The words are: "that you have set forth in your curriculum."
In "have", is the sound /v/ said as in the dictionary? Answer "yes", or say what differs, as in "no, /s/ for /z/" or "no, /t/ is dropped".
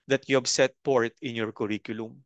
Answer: no, /b/ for /v/